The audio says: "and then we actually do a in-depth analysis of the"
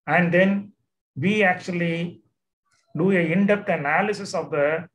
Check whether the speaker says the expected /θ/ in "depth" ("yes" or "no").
no